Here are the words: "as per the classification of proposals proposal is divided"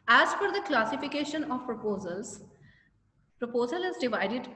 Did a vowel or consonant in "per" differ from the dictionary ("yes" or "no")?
yes